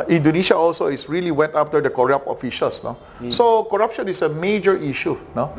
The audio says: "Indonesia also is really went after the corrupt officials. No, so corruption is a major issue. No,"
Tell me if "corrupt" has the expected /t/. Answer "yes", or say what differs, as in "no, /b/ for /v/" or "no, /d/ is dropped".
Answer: no, /t/ is dropped